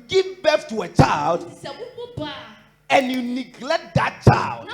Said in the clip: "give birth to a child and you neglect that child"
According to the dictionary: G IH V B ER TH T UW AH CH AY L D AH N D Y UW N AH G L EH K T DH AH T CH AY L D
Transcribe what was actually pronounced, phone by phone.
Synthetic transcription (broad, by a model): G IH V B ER F T UW AH CH AY L D AH N D Y UW N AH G L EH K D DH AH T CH AY L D